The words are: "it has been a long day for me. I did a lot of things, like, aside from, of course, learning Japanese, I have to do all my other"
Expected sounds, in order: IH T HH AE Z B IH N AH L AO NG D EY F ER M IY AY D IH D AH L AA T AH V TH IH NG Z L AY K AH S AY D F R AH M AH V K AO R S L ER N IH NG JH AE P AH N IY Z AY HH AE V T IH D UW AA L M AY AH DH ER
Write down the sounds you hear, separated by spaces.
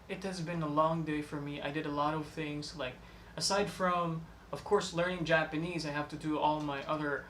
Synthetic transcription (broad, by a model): IH T HH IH Z B IH N AH L AO NG D EY F ER M IY AY D IH D AH L AA T AH V TH IH NG Z L AY K AH S AY D F R AH M AH V K AO R S L ER N IH NG JH AE P AH N IY Z AY HH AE F T IH D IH AA L M AY AH DH ER